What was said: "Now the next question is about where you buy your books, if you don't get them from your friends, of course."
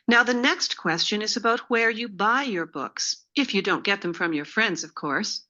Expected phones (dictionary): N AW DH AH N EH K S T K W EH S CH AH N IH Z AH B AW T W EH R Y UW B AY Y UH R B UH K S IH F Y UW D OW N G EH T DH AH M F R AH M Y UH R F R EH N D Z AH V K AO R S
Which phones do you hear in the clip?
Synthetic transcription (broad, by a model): N AW DH AH N EH K S T K W EH S CH AH N IH Z AH B AW T W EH R Y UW B AY Y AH R B UH K S IH F Y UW D OW N G EH T DH AH M F R AH M Y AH R F R EH N D Z AH V K AO R S